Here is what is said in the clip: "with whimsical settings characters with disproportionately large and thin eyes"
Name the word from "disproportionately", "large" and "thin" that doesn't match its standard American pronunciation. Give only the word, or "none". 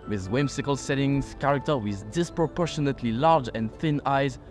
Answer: none